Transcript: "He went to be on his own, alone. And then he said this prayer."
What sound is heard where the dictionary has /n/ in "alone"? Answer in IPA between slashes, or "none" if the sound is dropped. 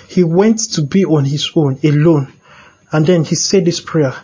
/n/